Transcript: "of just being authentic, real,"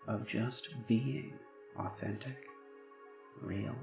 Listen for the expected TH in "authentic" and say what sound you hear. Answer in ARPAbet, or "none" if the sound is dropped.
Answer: TH